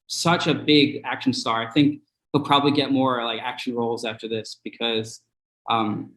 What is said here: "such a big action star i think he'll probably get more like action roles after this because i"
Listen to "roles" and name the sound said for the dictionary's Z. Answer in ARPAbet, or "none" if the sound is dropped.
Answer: Z